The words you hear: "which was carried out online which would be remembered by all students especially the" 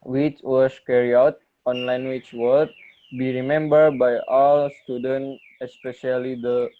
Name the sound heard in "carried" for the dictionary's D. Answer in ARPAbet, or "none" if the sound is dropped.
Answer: none